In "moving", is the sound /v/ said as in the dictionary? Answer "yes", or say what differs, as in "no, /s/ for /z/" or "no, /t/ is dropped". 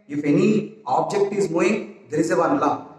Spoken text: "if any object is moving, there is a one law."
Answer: no, /v/ is dropped